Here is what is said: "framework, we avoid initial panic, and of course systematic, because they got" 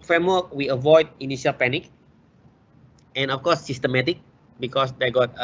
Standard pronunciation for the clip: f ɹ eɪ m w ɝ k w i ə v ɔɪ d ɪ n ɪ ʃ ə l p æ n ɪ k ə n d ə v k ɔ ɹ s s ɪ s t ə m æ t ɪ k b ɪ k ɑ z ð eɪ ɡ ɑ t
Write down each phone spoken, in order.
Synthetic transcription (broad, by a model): f ɹ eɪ m w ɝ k w i ə v ɔɪ d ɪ n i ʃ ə l p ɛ n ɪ k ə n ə f k ɔ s s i s t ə m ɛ t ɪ k b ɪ k ɑ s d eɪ ɡ ɑ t